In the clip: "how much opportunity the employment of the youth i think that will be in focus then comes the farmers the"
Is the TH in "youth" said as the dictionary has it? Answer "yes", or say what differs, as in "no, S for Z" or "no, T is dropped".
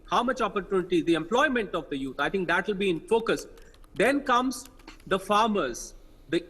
no, T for TH